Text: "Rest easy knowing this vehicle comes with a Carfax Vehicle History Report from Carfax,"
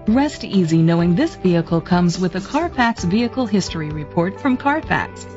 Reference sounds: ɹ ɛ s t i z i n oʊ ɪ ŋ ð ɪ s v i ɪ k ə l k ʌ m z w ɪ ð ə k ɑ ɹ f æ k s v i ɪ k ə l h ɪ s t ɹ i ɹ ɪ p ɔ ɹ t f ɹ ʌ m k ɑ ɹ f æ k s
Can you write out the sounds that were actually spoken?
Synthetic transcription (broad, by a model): ɹ ɛ s t i z i n oʊ ɪ ŋ ð ɪ s v i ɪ k l k ʌ m z w ɪ ð ə k ɑ ɹ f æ k s v i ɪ k l h ɪ s t ɹ i ɹ ɪ p ɔ ɹ t f ɹ ʌ m k ɑ ɹ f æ k s